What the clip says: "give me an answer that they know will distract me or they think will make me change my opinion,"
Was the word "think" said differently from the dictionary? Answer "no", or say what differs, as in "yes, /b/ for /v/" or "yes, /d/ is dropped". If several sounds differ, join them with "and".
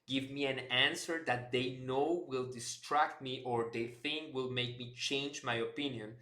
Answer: no